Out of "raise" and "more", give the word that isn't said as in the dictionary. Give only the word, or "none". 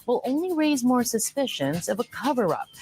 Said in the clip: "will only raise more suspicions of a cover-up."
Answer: none